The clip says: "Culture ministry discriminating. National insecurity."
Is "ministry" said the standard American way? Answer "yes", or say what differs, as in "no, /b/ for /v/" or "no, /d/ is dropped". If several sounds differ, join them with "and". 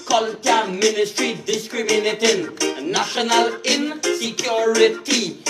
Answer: yes